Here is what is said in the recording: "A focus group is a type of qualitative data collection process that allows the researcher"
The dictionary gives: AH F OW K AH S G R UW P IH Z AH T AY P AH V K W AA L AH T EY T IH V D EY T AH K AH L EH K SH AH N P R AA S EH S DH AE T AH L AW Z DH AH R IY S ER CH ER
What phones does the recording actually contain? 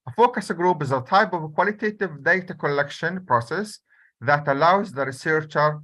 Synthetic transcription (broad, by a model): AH F OW K AH S G R UW P IH Z AH T AY P AH V K W AA L AH T EY T IH V D EY T AH K AH L EH K SH AH N P R AA S EH S DH AE T AH L AW Z DH AH R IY S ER CH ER